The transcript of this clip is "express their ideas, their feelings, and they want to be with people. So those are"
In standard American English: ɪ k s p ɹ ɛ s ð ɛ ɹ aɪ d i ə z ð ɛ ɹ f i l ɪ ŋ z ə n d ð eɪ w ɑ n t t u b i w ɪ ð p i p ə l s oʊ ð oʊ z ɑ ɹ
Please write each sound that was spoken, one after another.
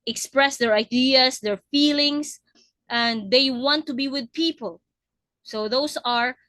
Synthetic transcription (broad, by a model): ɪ k s p ɹ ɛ s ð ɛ ɹ aɪ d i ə s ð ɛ ɹ f i l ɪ ŋ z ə n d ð eɪ w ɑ n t t u b i w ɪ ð p i p ə l s oʊ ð oʊ s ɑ ɹ